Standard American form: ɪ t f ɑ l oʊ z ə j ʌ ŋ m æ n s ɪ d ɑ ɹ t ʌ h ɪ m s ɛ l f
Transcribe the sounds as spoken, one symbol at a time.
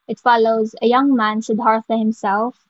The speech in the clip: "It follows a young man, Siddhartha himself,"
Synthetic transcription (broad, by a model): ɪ t f ɑ l oʊ z ə j ʌ ŋ m æ n ʃ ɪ d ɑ ɹ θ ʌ h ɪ m s ɛ l f